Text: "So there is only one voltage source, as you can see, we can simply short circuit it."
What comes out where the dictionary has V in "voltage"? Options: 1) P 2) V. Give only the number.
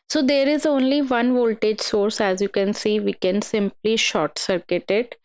2